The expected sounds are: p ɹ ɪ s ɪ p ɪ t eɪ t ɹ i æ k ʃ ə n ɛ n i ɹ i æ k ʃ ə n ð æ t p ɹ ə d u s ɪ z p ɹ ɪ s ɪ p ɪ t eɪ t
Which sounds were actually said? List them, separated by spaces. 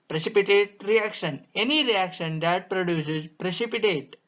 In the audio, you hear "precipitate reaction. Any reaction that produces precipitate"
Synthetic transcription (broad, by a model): p ɹ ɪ s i p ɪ t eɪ t ɹ i æ k ʃ ə n ɛ n i ɹ i æ k ʃ ə n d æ t p ɹ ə d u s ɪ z p ɹ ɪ s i p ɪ t eɪ t